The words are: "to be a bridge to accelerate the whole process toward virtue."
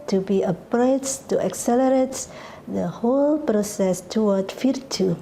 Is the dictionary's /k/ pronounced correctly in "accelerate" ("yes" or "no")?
yes